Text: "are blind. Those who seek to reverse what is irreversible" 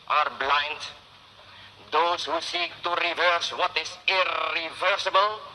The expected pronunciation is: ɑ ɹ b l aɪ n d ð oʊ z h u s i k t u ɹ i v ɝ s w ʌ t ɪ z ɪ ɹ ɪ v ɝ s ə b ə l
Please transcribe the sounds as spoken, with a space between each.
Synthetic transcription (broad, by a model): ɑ ɹ b l aɪ n d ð oʊ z h u s i k t u ɹ i v ɝ s w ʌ t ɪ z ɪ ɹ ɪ v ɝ s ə b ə l